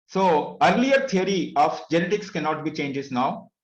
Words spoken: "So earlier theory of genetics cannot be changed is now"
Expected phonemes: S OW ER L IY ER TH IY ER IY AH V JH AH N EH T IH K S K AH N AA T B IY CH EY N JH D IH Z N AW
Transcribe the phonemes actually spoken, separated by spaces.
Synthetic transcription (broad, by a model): S OW ER L IY ER T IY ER IY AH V JH AH N EH T IH K S K AH N AA T B IY CH EY N JH IH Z N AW